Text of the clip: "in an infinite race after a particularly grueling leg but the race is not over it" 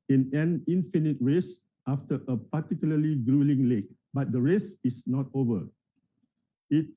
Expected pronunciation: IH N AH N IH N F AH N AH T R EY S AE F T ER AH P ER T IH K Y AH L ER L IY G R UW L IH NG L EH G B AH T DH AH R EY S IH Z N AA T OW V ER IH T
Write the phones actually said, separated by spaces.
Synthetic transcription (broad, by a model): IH N AH N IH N F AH N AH T R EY S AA F T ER AH P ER T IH K Y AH L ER L IY G R UW L IH NG L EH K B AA T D AH R EY S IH S N AA T OW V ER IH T